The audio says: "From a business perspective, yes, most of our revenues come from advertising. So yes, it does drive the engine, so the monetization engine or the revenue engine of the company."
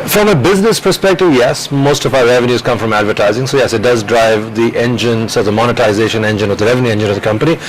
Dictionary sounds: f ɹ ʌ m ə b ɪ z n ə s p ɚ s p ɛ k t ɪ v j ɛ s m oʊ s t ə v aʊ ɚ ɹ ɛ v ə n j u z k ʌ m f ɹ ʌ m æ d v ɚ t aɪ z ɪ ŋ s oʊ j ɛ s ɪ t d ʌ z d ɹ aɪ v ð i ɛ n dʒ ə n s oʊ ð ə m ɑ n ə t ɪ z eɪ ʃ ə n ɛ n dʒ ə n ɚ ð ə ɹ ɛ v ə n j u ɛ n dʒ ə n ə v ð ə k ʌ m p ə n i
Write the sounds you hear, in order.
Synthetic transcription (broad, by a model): f ɹ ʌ m ə b ɪ z n ə s p ɚ s p ɛ k t ɪ v j ɛ s m oʊ s t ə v aʊ ɚ ɹ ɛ v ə n j u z k ʌ m f ɹ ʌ m æ d v ɚ t aɪ z ɪ ŋ s oʊ j ɛ s ɪ t d ʌ z d ɹ aɪ v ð i ɛ n dʒ ə n s oʊ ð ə m ɑ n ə t ɪ z eɪ ʃ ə n ɛ n dʒ ə n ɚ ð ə ɹ ɛ v ə n j u ɛ n dʒ ə n ə v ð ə k ʌ m p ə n i